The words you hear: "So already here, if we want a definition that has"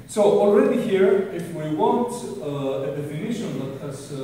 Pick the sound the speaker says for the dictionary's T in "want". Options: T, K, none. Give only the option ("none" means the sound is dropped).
T